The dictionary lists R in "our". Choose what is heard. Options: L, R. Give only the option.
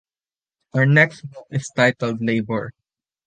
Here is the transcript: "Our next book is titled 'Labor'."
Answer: R